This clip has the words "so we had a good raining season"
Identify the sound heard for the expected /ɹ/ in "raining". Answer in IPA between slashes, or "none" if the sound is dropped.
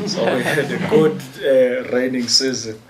/ɹ/